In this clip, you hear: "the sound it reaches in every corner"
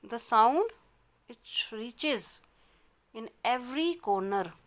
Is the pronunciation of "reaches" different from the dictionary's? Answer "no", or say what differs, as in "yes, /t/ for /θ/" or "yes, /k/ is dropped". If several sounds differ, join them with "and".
no